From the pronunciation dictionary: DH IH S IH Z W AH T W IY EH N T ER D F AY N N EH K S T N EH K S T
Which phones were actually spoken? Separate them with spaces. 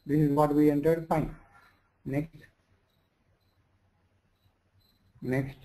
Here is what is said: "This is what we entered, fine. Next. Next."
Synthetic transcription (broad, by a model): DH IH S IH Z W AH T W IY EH N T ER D P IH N N EH K S T N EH K S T